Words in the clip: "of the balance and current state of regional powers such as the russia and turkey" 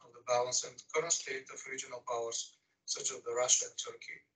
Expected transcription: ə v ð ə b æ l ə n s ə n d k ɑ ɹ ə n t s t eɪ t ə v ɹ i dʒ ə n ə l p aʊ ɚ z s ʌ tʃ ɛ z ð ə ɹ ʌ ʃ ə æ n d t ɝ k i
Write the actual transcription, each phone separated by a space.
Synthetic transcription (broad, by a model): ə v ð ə b æ l ə n s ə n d k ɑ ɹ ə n s t eɪ t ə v ɹ i dʒ ə n ə l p aʊ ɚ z s ʌ tʃ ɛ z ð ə ɹ ʌ ʃ ə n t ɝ k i